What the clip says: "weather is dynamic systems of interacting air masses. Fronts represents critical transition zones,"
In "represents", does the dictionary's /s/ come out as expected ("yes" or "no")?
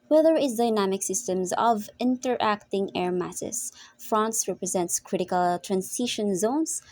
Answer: yes